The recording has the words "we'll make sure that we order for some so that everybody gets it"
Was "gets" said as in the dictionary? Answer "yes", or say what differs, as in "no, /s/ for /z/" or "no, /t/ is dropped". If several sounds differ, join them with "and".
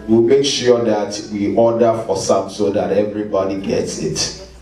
yes